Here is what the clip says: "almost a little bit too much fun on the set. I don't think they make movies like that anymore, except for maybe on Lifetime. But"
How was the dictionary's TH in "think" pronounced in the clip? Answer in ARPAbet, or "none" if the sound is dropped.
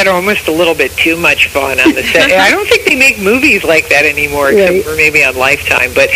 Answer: TH